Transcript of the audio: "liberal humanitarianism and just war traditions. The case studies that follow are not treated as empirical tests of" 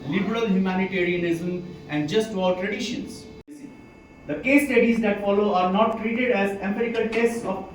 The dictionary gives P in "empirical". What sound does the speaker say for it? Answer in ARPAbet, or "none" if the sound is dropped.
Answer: none